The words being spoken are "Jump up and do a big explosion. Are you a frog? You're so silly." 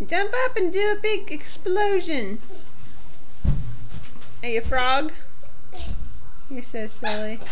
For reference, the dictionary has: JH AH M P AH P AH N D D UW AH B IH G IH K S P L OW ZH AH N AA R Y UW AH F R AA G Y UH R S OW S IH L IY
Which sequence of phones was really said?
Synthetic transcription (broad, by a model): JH AH M P AH P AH N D D AH B IH G IH K S P L OW ZH AH N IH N Y AH F R AA G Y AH R S OW S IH L IY